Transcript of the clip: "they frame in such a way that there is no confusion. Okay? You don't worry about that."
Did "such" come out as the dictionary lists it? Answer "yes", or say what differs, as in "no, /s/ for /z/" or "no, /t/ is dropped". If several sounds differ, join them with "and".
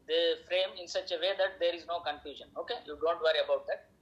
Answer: yes